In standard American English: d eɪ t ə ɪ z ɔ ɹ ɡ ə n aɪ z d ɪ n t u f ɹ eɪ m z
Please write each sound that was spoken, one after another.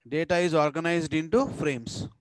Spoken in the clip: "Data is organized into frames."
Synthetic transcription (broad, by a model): d eɪ t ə ɪ z ɔ ɹ ɡ ə n aɪ z d ɪ n t u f ɹ eɪ m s